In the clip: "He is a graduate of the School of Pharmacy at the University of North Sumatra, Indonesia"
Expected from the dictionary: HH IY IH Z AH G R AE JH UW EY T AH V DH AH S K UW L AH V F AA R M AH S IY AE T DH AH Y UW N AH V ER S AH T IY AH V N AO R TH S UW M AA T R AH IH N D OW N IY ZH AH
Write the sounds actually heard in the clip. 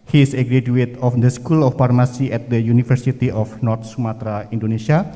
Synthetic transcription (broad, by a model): HH IY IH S AH G R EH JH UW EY T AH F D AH S K UW L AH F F AA R M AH S IY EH T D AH Y UW N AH F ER S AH T IY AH F N AO R T S UW M AA T R AH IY N D OW N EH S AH